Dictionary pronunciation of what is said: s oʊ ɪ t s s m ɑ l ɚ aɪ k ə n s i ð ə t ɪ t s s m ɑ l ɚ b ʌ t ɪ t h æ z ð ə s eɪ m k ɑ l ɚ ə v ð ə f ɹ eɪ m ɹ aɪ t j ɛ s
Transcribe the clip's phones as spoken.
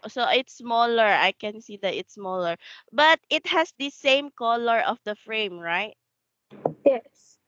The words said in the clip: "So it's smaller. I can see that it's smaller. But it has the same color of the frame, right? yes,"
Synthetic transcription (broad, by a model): s oʊ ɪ t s s m ɑ l ɚ aɪ k ə n s i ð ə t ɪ t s s m ɑ l ɚ b ʌ t ɪ t h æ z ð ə s eɪ m k ɑ l ɚ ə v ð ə f ɹ eɪ m ɹ aɪ t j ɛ s